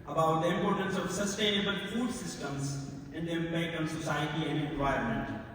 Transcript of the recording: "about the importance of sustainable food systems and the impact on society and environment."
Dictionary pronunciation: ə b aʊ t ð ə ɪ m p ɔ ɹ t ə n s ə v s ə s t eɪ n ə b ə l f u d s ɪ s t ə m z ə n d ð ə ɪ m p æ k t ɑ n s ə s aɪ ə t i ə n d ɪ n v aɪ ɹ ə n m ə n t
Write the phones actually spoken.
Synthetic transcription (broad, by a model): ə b aʊ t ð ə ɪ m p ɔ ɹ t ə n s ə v s ə s t eɪ n ə b ə l f u d s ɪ s t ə m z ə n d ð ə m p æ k ɑ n s ə s aɪ ə t i ə n d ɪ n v aɪ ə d m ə n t